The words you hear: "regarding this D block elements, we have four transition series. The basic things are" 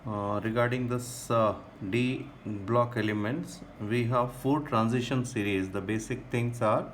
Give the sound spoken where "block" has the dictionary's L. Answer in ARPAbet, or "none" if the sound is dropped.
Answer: L